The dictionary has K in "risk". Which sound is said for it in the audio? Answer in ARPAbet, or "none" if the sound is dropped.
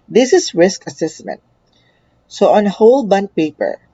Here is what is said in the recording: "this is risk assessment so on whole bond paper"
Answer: K